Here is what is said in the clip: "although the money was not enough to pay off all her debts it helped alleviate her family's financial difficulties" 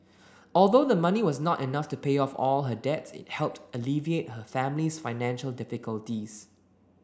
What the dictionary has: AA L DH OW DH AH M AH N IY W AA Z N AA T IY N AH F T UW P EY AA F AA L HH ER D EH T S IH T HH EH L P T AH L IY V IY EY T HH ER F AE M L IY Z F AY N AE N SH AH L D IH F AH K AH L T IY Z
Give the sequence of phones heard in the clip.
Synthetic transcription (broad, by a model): AA L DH OW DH AH M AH N IY W AA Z N AA T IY N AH F T UW P EY AA F AA L HH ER D EH T S IH T HH EH L P T AH L IY V IY EY T HH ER F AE M L IY S F AY N AE N SH AH L D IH F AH K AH L T IY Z